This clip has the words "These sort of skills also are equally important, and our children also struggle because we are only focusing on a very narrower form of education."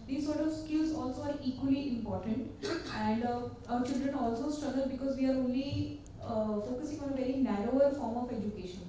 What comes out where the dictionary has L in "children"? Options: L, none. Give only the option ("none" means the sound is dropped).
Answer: L